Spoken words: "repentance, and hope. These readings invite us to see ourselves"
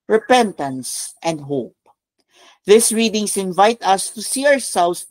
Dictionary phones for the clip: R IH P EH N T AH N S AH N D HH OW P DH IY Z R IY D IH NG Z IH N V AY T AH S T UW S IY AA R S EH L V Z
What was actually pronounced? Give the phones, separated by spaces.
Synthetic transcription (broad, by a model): R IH P EH N T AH N S AH N D HH OW P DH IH S R IY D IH NG S IH N V AY T AH S T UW S IY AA R S EH L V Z